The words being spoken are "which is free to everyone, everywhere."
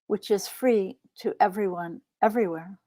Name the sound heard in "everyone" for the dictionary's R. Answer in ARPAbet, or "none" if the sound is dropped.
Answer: R